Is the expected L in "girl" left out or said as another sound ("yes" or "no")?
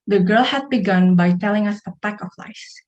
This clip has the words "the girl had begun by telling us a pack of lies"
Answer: no